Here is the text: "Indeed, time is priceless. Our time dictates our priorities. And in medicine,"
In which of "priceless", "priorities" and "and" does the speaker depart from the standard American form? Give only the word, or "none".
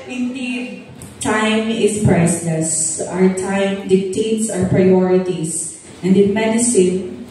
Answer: priorities